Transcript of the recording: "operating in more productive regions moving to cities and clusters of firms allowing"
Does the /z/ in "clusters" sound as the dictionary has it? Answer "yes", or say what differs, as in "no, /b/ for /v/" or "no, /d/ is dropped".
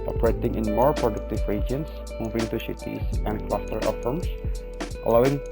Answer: no, /z/ is dropped